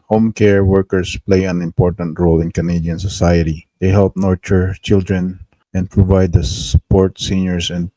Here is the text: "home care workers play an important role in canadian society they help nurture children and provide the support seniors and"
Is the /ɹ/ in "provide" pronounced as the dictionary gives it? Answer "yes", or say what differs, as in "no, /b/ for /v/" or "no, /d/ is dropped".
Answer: yes